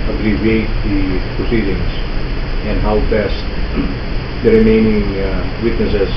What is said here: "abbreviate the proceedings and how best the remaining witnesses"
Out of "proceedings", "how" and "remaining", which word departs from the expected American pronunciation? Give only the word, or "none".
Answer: proceedings